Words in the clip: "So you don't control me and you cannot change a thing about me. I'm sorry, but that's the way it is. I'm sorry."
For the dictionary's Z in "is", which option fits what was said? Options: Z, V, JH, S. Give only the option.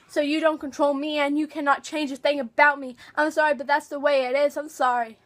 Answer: Z